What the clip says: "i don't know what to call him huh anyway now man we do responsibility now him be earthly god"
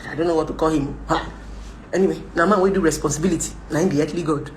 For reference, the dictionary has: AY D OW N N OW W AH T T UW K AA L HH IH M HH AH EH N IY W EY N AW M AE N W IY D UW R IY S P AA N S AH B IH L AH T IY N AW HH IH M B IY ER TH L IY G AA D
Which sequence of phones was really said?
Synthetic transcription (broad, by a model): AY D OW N N OW W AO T T UW K AA L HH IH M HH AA EH N IY W EY N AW M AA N W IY D UW R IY S P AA N S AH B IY L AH T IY N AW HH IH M B IY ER T L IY G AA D